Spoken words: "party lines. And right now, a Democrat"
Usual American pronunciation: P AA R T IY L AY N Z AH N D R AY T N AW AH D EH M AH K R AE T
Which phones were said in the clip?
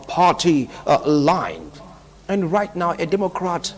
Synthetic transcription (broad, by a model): P AA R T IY L AY N AH N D R AY T N AW AH D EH M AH K R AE T